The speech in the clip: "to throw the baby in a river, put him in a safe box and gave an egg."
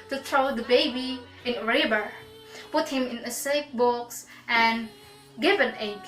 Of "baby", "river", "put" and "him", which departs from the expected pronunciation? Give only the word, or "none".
river